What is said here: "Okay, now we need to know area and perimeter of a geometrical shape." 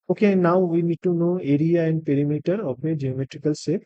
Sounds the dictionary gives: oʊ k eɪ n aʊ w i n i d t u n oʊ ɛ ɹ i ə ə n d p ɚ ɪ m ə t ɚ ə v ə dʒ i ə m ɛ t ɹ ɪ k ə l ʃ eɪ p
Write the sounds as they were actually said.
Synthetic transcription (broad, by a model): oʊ k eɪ n aʊ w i n i d t u n oʊ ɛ ɹ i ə ə n d p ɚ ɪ m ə t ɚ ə p ə dʒ i ə m ɛ t ɹ ɪ k ə l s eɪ